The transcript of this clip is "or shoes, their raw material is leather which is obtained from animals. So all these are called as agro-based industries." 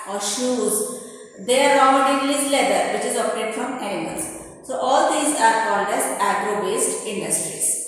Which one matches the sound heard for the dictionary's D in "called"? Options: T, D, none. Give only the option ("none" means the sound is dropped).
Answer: D